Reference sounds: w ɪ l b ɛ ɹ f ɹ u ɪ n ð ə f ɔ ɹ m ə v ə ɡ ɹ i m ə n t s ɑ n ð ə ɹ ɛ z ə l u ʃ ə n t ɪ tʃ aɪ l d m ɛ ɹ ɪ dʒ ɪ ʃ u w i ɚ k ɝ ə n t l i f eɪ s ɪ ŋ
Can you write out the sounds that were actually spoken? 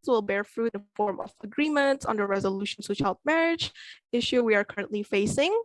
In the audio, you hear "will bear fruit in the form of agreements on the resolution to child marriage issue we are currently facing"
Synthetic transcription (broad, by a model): w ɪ l b ɛ ɹ f ɹ u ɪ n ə f ɔ ɹ m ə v ə ɡ ɹ i m ə n t s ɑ n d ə ɹ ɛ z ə l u ʃ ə n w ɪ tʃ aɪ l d m ɛ ɹ ɪ dʒ ɪ ʃ u w i ɚ k ɝ ə n t l i f eɪ s ɪ ŋ